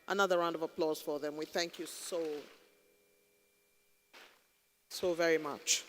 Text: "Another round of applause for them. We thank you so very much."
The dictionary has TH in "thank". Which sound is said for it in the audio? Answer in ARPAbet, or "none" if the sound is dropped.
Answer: TH